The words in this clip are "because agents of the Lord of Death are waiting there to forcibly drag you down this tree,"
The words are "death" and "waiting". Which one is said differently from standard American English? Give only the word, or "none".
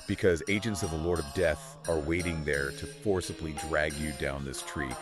none